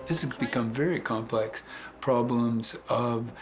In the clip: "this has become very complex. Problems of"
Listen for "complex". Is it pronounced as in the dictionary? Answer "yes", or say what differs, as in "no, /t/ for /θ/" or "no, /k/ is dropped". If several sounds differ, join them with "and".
yes